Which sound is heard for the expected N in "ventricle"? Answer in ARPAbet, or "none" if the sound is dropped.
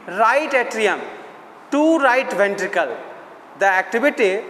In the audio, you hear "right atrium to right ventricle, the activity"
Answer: N